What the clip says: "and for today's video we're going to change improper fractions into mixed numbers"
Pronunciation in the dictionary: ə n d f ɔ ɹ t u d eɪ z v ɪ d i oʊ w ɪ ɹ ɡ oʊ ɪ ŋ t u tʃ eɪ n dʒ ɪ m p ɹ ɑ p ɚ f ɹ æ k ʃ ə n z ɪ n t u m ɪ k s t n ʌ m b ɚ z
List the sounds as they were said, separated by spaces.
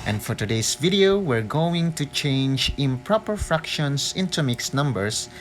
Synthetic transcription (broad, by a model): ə n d f ɔ ɹ t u d eɪ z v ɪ d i oʊ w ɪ ɹ ɡ oʊ ɪ ŋ t u tʃ eɪ n dʒ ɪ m p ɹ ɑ p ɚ f ɹ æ k ʃ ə n s ɪ n t u m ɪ k s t n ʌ m b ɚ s